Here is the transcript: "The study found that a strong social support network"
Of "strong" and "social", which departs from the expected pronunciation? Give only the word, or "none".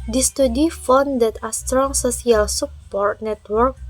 social